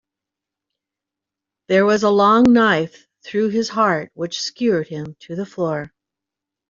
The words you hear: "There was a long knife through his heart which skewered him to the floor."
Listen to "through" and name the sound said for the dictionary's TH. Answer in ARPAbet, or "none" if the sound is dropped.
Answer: TH